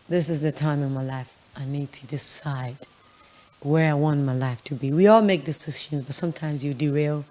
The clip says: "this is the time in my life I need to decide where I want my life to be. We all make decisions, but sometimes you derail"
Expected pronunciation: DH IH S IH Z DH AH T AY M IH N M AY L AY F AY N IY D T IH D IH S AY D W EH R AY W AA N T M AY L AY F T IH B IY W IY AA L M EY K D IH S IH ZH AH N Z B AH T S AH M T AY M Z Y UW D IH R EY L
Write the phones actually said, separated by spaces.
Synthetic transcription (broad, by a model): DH IH S IH Z DH AH T AY M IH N M AY L AY F AY N IY D T IH D IH S AY D W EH R AY W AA N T M AY L AY F T IH B IY W IY AA L M EY K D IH S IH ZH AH N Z B AH T S AH M T AY M Z Y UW D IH R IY L